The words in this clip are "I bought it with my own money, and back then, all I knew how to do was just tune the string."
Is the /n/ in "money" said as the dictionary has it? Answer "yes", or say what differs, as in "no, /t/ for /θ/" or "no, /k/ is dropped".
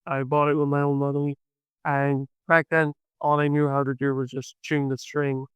no, /l/ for /n/